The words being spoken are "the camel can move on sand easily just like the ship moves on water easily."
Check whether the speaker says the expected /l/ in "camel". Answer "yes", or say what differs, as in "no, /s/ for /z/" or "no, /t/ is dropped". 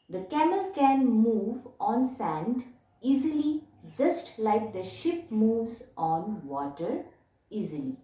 yes